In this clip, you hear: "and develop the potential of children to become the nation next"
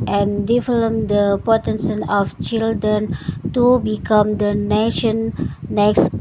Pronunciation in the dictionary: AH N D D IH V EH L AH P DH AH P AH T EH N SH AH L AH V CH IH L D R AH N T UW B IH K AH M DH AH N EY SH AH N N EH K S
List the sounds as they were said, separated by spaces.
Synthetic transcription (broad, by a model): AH N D D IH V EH L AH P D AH P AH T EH N S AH N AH F CH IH L D R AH N T UW B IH K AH M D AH N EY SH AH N N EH K S